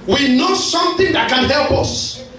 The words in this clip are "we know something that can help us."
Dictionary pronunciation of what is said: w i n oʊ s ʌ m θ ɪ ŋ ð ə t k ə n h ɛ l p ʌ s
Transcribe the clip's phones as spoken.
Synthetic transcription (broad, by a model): w i n oʊ s ʌ m θ ɪ ŋ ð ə t k ə n h ɛ l p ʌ s